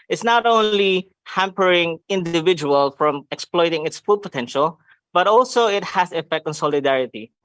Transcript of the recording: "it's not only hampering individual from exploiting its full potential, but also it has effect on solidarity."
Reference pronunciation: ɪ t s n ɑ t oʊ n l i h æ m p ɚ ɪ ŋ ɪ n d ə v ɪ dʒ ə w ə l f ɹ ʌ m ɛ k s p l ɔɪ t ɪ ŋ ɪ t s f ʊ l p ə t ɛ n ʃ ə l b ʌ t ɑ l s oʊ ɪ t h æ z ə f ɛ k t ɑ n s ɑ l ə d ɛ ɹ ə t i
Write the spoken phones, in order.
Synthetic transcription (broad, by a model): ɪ t s n ɑ t oʊ n l i h æ m p ɚ ɪ ŋ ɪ n d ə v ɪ dʒ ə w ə l f ɹ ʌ m ɛ k s p l ɔɪ t ɪ ŋ ɪ t s f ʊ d p ə t ɛ n ʃ ə l b ʌ t ɑ l s oʊ ɪ t h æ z ə f ɛ k t ɑ n s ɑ l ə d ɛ ɹ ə t i